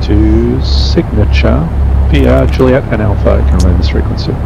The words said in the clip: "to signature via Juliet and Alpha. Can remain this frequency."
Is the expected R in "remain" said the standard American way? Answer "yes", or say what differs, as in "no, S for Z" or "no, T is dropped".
no, L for R